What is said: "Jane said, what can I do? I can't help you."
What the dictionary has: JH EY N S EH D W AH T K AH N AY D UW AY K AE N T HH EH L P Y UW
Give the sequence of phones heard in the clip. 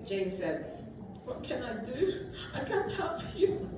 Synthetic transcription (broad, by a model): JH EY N S EH D W AH T K AH N AY D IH AY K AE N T HH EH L F Y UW